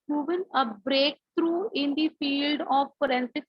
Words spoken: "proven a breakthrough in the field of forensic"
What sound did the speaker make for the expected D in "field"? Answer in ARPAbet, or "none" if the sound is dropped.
D